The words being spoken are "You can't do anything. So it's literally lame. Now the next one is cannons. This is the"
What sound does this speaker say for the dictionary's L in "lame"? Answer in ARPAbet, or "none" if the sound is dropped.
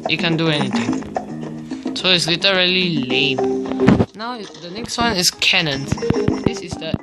L